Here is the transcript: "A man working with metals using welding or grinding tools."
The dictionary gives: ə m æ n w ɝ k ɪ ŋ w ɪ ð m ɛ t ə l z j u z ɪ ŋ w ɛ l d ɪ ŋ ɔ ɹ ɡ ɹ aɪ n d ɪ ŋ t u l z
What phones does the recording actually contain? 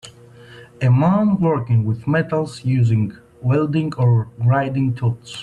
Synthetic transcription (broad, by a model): ə m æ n w ɝ k ɪ ŋ w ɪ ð m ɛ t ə l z j u z ɪ ŋ w ɛ l d ɪ ŋ ɔ ɹ ɹ aɪ d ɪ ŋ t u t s